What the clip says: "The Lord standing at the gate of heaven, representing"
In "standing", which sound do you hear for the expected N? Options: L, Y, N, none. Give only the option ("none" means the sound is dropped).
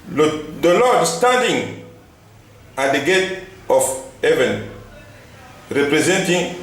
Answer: none